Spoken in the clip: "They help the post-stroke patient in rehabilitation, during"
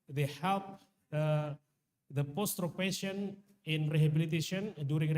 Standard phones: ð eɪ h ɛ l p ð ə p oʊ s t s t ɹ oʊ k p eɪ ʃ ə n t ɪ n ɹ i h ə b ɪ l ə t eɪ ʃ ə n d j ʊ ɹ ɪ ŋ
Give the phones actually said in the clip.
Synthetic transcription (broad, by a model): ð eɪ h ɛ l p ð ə p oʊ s s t ɹ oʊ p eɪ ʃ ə n ɪ n ɹ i h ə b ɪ l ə t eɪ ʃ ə n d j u ɹ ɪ ŋ